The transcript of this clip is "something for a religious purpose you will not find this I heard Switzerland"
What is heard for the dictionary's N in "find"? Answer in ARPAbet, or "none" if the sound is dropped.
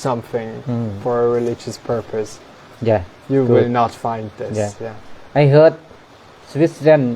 N